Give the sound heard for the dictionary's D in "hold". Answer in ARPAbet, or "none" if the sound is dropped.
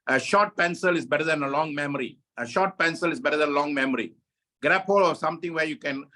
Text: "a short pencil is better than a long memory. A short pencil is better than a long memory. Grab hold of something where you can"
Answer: none